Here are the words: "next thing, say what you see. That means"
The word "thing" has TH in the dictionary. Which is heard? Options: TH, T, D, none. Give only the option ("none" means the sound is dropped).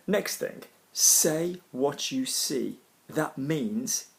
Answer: TH